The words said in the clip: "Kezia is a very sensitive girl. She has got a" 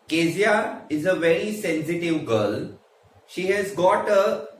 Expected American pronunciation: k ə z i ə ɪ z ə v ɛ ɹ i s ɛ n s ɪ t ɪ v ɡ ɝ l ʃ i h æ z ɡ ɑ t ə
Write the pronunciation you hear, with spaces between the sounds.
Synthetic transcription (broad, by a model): k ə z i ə ɪ z ə v ɛ ɹ i s ɛ n s ɪ t ɪ v ɡ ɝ l ʃ i h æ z ɡ ɑ t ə